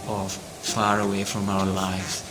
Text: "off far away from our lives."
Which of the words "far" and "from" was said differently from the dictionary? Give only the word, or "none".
none